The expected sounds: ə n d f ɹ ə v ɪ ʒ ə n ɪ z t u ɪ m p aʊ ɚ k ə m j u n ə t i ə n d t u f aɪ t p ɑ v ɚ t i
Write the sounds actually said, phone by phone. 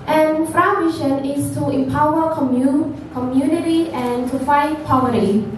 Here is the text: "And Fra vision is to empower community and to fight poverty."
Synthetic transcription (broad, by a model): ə n f ɹ ə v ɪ ʃ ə n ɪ s t u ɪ m p aʊ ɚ k ə m j u n ə t i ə n t u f aɪ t p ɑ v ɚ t i